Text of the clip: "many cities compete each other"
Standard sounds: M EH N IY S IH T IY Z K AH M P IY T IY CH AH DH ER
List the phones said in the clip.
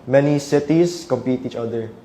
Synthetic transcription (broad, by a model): M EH N IY S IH T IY S K AH M P IY T IY CH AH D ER